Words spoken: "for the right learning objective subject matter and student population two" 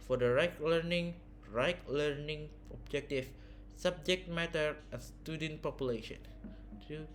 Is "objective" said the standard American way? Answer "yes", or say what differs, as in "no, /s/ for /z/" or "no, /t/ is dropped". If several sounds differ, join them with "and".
no, /f/ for /v/